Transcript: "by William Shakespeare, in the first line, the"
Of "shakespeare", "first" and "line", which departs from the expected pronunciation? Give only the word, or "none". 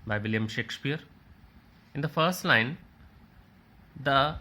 none